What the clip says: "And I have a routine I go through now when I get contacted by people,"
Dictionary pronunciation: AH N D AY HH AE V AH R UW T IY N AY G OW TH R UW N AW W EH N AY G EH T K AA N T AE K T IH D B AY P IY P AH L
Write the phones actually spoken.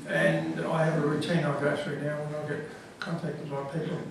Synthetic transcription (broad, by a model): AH N AY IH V AH R UW T IY N AY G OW T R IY N AW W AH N AY G EH T K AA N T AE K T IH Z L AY P IY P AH L